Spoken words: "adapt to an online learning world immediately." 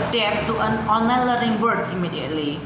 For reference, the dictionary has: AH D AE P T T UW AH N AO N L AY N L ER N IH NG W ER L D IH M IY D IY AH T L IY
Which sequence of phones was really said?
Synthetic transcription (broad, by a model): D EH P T T UW AH N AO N L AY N L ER IH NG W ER D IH M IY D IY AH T L IY